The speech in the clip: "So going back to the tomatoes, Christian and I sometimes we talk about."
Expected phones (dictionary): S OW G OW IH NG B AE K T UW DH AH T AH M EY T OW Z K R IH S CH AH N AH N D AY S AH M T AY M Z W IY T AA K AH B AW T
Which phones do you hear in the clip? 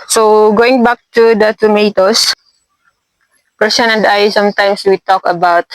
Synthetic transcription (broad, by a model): S OW G OW IH NG B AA K T UW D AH T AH M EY T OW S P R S AH N AH N D AY S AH M T AY M S W IY T AA K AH B AW T